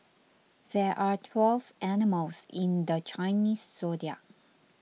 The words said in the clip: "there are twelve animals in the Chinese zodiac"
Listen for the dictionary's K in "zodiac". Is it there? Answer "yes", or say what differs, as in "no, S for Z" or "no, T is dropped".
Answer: no, K is dropped